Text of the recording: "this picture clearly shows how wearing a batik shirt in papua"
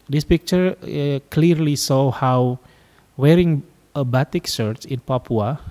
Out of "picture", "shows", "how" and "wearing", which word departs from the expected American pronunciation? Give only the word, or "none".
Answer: shows